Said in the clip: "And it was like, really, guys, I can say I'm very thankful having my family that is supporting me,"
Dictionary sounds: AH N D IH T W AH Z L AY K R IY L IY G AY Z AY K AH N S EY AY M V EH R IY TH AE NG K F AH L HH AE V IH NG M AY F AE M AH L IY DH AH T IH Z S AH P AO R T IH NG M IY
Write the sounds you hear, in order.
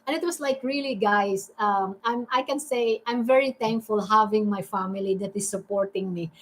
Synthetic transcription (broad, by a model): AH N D IH T W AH S L AY K R IY L IY G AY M AY K AH N S EY AY M V EH R IY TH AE NG K F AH L HH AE V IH NG M AY F AE M AH L IY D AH T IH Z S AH P AO R T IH NG M IY